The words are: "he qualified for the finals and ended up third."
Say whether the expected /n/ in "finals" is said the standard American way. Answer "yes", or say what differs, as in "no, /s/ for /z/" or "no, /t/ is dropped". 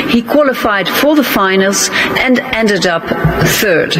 yes